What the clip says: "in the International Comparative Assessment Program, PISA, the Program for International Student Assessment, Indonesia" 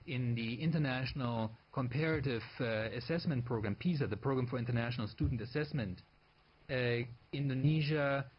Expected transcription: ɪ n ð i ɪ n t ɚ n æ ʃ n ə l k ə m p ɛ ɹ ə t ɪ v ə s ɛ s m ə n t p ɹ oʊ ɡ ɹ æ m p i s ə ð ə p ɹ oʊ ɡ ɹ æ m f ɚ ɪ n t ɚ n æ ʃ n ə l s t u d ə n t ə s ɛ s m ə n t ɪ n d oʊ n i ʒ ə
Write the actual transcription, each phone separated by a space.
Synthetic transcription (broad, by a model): ɪ n ð i ɪ n t ɚ n æ ʃ n ə l k ə m p ɛ ɹ ə t ɪ v ə s ɛ s m ə n t p ɹ oʊ ɡ ɹ æ m p i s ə ð ə p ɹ oʊ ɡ ɹ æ m f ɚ ɪ n t ɚ n æ ʃ n ə l s t u d n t ə s ɛ s m ə n t ɪ n d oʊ n i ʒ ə